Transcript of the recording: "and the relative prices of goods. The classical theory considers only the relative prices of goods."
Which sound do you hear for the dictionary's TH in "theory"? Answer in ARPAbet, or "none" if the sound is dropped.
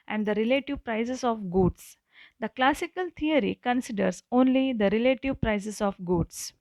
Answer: T